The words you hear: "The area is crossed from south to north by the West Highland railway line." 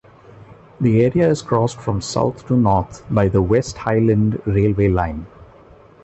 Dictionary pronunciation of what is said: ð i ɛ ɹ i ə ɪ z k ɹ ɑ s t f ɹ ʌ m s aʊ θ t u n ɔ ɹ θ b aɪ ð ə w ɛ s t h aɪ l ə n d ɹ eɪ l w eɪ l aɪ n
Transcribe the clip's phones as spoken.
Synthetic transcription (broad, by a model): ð i ɛ ɹ i ə ɪ z k ɹ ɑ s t f ɹ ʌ m s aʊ t t u n ɔ ɹ t b aɪ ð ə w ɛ s t h aɪ l ə n d ɹ eɪ l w eɪ l aɪ n